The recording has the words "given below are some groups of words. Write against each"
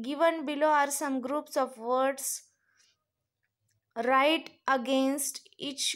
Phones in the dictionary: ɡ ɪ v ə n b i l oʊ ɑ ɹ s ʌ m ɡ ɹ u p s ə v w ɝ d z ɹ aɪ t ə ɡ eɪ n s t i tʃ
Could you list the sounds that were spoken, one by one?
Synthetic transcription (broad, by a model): ɡ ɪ v ə n b i l oʊ ɑ ɹ s ʌ m ɡ ɹ u p s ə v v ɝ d s ɹ aɪ t ə ɡ eɪ n s t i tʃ